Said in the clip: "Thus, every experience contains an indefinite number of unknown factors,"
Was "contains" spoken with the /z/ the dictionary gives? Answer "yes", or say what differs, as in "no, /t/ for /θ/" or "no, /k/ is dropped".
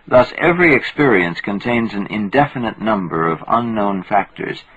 yes